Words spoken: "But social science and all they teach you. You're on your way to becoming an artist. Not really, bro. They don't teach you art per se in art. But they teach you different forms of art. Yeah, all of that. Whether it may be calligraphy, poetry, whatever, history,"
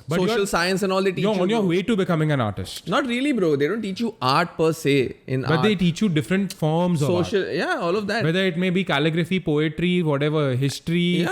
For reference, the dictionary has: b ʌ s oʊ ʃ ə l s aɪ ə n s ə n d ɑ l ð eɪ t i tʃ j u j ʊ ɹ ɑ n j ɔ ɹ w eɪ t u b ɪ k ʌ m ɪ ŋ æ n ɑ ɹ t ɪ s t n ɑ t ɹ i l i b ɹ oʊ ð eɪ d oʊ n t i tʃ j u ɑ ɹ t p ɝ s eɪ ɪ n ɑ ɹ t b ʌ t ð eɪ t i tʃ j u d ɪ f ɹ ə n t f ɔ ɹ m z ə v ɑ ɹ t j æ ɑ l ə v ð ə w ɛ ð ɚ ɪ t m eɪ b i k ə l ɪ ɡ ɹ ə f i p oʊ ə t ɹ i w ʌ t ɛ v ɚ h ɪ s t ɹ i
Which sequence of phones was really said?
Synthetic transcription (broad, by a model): b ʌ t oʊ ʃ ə l s aɪ ə n s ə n ɑ l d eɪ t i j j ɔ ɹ ɑ n j ɔ ɹ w eɪ t u b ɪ k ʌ m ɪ ŋ æ n ɑ ɹ t ɪ s t n ɑ t ɹ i l i b ɹ oʊ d eɪ d oʊ n t i tʃ j u ɑ ɹ t p ɝ s eɪ ɪ n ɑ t b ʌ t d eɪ t i tʃ j u d ɪ f ɹ ə n t f ɔ ɹ m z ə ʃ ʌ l j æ ɑ l ə v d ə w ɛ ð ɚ ɪ t m eɪ b i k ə l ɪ ɡ ɹ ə f i p oʊ ə t ɹ i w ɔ t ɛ v ɚ h ɪ s t ɹ i